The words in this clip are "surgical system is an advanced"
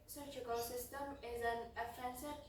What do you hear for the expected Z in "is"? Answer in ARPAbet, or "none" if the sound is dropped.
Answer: Z